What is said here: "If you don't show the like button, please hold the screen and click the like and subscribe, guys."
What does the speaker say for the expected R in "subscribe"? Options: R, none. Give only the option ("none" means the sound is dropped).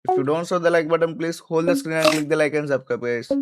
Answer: none